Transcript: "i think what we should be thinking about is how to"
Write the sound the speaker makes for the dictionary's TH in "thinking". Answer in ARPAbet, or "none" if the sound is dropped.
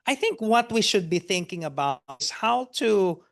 TH